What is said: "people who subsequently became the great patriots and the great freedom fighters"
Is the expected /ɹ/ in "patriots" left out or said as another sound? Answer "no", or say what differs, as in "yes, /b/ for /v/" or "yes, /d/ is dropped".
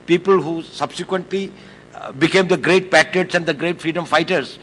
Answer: yes, /ɹ/ is dropped